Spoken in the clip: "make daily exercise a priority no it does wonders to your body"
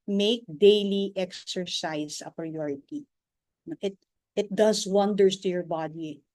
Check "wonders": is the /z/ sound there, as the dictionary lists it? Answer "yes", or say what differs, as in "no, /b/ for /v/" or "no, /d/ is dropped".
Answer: no, /s/ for /z/